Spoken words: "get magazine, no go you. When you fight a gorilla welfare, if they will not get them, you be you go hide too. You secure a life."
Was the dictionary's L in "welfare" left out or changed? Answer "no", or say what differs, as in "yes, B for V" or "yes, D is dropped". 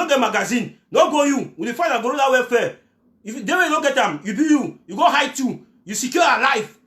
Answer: yes, L is dropped